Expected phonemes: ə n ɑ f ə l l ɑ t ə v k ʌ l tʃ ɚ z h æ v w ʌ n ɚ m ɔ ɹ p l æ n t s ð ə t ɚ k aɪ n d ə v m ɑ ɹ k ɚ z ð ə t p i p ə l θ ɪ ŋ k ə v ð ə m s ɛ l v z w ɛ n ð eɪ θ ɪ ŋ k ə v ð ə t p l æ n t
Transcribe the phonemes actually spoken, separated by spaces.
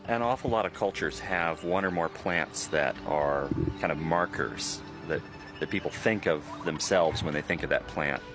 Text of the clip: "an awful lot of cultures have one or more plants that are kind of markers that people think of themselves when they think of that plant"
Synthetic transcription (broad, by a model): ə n ɑ f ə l l ɑ t ə v k ʌ l tʃ ɚ z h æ v w ʌ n ɚ m ɔ ɹ p l æ n t s ð ə t ɚ k aɪ n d ə v m ɑ ɹ k ɚ z ð ə t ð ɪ p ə l θ ɪ ŋ k ə v ð ə m s ɛ l v z w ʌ n ð eɪ θ ɪ ŋ k ə v ð ə t p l æ n t